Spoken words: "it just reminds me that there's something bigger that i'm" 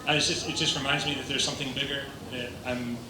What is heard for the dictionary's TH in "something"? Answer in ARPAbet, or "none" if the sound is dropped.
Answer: TH